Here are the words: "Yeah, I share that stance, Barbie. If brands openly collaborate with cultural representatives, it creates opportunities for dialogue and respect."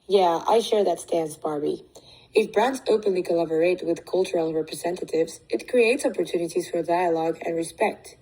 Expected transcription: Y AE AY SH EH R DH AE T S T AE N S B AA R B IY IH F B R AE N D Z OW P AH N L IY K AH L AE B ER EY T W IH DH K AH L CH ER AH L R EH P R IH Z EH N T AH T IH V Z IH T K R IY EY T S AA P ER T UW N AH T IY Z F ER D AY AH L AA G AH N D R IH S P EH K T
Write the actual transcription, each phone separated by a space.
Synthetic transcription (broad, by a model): Y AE AY SH EH R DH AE T S T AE N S B AA R B IY IH F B R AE N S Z OW P AH N L IY K AH L AE B ER EY T W IH DH K AH L CH ER AH L R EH P R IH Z EH N T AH T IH V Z IH T K R IY EY T S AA P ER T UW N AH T IY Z F ER D AY AH L AA G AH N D R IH S P EH K T